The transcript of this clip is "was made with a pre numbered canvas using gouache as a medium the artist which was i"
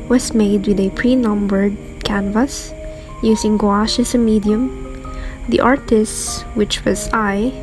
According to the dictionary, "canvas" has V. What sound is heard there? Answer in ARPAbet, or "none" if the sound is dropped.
V